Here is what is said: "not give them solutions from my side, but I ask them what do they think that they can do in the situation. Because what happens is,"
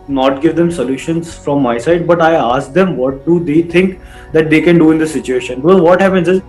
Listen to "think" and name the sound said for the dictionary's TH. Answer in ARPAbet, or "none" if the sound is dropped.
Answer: T